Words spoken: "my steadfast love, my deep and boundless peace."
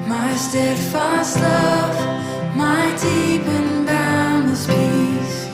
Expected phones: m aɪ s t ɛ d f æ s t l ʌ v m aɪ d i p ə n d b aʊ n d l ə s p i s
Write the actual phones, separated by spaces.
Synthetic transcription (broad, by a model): m aɪ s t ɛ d f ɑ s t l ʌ f m aɪ d i p ə n d aʊ n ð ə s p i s